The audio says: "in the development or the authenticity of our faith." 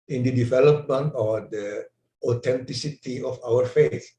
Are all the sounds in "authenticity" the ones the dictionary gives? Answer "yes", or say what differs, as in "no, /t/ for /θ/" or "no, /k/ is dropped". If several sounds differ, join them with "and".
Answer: no, /t/ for /θ/